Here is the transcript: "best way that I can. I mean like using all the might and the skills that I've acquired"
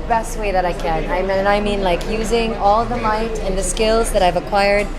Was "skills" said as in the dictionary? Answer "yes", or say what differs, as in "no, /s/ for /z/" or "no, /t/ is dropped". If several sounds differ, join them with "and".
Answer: yes